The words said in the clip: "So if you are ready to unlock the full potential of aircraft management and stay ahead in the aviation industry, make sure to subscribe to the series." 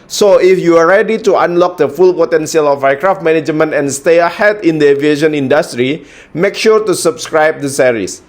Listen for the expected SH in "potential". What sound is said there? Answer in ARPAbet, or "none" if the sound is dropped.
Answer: S